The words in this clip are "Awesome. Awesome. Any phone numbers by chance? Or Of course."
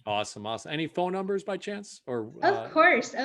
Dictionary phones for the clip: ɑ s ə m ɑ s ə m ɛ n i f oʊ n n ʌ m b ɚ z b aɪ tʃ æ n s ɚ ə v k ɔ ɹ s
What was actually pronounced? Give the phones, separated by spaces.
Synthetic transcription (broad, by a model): ɑ s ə m ɑ s ə m ɛ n i f oʊ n n ʌ m b ɚ z b aɪ tʃ æ n s ɚ ə v k ɔ ɹ s